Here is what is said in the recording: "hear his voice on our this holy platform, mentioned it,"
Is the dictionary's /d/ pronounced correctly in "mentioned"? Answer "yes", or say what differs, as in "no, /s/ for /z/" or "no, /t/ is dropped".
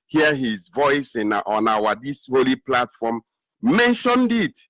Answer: yes